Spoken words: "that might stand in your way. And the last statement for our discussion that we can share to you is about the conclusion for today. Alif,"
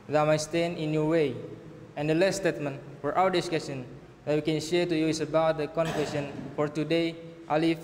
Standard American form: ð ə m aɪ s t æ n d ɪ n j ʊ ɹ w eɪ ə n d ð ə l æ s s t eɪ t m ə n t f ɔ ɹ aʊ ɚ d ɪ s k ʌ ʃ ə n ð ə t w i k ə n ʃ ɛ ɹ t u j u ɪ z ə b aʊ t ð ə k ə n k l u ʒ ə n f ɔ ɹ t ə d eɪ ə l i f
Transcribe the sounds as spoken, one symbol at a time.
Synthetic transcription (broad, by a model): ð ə m aɪ s t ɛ n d ɪ n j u w eɪ ə n d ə l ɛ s s t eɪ t m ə n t f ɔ ɹ aʊ ɚ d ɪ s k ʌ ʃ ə n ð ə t w i k ə n ʃ ɛ ɹ t u j u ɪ s ə b aʊ t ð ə k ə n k w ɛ s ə n f ɔ ɹ t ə d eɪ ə l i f